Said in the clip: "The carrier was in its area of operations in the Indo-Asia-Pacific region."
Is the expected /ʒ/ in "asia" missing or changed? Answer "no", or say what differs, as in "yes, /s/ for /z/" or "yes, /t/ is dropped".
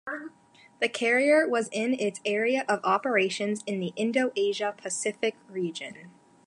no